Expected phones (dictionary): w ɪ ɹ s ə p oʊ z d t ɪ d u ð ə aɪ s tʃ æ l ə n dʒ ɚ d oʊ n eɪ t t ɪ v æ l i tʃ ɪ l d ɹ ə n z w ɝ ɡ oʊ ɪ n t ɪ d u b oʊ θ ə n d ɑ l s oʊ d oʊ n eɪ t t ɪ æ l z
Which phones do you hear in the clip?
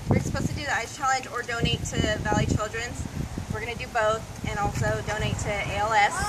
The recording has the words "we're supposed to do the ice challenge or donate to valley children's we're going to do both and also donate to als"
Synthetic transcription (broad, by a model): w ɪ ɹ s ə p oʊ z t ɪ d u ð ə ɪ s tʃ æ l ə n dʒ ɚ d oʊ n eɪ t t ɪ v æ l i tʃ ɪ l d ɹ ə n z w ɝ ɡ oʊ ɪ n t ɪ d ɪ b oʊ θ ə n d ɑ l s oʊ d oʊ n eɪ t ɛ ɪ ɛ l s